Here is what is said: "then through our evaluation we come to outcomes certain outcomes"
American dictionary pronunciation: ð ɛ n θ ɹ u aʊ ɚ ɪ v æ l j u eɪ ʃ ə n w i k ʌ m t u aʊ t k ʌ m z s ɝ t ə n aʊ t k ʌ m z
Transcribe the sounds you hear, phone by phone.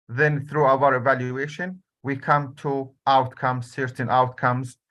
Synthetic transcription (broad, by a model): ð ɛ n θ ɹ u aʊ ɚ ɪ v æ l j u eɪ ʃ ə n w i k ʌ m t u aʊ t k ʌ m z s ɝ t ə n aʊ t k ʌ m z